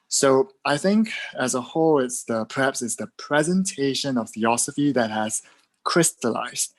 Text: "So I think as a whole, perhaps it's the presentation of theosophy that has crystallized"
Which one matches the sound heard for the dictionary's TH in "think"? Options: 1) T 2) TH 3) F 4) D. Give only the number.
2